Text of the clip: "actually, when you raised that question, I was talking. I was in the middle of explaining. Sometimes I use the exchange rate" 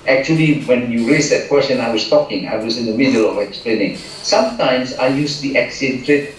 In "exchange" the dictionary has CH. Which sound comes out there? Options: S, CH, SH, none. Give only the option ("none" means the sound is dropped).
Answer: none